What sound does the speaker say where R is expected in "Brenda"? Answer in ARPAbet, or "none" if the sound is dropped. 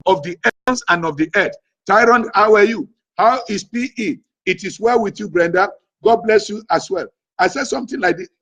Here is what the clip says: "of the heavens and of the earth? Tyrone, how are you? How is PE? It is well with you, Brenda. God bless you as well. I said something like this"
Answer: R